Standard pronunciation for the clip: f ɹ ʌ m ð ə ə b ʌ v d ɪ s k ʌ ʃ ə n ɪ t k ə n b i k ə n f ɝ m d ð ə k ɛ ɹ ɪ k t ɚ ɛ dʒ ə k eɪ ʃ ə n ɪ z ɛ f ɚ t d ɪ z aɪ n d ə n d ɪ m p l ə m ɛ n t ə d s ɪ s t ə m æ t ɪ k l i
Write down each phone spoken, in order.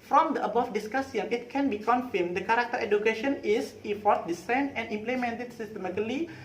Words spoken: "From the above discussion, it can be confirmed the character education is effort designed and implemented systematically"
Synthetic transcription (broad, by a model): f ɹ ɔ m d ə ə b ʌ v d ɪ s k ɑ s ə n ɪ t k ə n b i k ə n f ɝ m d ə k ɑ ɹ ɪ k t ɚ ɛ dʒ ə k eɪ ʃ ə n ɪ s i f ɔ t d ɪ s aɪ n ə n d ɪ m p l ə m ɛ n t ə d s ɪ s t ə m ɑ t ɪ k l i